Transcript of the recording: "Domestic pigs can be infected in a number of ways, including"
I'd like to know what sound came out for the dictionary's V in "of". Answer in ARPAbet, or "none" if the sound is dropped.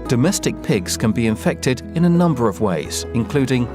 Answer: V